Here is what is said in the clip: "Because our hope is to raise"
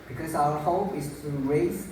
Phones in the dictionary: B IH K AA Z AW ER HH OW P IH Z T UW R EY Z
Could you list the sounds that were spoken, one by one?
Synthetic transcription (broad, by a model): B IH K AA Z AW ER HH OW P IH S T UW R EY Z